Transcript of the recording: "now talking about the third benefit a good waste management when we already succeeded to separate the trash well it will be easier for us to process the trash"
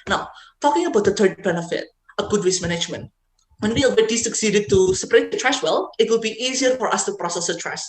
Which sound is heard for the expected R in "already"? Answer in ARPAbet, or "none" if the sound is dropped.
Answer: W